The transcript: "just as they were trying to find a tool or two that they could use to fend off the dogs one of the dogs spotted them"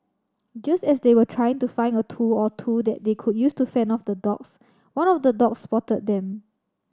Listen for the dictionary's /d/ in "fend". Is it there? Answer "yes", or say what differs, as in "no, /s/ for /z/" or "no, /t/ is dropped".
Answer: no, /d/ is dropped